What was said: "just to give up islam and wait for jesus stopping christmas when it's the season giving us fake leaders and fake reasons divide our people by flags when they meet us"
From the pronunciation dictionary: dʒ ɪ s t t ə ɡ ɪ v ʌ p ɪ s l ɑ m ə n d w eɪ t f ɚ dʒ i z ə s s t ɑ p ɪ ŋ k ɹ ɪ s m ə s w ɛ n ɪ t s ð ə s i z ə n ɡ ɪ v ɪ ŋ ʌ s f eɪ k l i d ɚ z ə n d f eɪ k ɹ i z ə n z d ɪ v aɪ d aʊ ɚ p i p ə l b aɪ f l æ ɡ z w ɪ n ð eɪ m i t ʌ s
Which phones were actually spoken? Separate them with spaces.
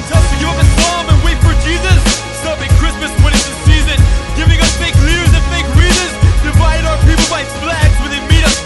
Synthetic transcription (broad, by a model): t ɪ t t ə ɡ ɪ ʌ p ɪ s ɑ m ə n w eɪ t f ɚ dʒ i z ə s s t ɑ p ɪ ŋ k ɹ ɪ s m ə s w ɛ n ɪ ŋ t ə s i z ə n ɡ ɪ v ɪ ŋ ʌ s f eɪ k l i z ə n f eɪ k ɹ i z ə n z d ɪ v aɪ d aʊ ɚ p i p l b aɪ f l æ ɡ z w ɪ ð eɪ m i t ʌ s